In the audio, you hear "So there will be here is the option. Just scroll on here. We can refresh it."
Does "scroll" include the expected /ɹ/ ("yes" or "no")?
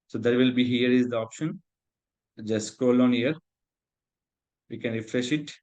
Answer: no